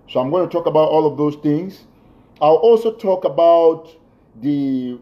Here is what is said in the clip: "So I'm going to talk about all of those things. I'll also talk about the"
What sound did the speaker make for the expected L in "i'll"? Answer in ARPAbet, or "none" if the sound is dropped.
L